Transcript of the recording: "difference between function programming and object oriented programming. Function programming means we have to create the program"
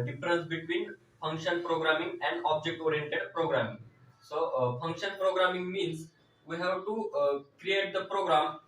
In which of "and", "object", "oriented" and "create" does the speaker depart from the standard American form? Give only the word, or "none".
none